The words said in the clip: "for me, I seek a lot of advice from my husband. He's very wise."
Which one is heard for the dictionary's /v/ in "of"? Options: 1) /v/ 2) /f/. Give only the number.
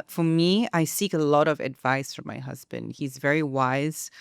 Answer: 1